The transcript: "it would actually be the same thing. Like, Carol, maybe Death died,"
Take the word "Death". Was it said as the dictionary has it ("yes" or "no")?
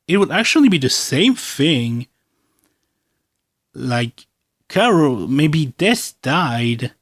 no